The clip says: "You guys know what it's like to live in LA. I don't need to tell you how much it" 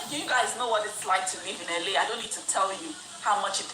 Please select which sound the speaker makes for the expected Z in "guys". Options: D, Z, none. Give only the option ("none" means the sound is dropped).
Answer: Z